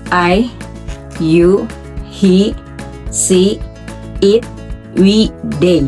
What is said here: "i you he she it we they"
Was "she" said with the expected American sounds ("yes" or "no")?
no